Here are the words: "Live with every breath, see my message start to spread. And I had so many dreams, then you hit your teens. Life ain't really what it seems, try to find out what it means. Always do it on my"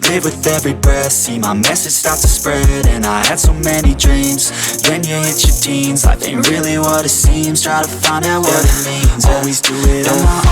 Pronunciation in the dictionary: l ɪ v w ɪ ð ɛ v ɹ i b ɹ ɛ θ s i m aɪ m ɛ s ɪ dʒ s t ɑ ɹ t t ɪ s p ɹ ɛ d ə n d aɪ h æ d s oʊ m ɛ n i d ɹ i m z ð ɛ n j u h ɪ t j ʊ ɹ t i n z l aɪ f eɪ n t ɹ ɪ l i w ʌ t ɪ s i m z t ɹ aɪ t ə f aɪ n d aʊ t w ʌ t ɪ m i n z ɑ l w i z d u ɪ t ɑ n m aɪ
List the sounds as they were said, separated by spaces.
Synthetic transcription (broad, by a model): l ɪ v w ɪ ð ɛ v ɹ i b ɛ s i m aɪ m ɛ s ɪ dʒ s t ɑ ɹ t t ɪ s p ɹ ɛ d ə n aɪ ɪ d s oʊ m ɛ n i d ɹ i m z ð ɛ n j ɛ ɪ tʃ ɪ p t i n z aɪ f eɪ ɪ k ɹ ɪ l i w ʌ t ɪ s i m s t ɹ aɪ t ə f aɪ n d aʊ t w ʌ t ɪ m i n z ɑ l w i z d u ɪ t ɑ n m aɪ